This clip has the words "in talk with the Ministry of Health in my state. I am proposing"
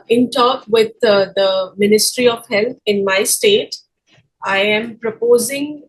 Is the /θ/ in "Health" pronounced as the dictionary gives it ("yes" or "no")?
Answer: no